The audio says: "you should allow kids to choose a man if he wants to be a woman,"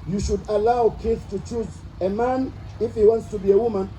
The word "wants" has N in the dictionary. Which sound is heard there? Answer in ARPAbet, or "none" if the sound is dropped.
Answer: N